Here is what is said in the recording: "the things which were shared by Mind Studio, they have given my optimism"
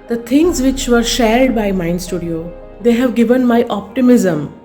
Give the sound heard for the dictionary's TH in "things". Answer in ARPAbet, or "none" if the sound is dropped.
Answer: T